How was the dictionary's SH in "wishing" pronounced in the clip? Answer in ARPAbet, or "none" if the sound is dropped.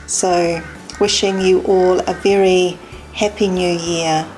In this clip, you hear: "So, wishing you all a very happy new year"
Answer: SH